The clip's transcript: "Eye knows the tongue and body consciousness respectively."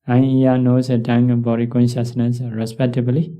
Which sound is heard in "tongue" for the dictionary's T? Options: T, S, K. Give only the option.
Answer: S